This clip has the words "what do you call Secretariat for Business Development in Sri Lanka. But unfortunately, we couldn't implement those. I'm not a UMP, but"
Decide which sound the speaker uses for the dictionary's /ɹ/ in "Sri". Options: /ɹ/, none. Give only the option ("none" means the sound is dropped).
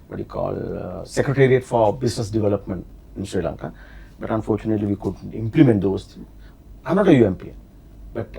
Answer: /ɹ/